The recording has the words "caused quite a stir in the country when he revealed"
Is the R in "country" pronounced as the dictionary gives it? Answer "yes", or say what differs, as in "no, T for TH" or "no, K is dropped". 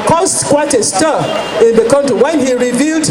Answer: no, R is dropped